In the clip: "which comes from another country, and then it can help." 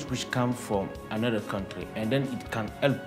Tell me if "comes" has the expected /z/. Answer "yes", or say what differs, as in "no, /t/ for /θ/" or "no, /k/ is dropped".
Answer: no, /z/ is dropped